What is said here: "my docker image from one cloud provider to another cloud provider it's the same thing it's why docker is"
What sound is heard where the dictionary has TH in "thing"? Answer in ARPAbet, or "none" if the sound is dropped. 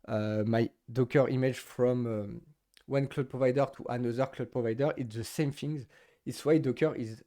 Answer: F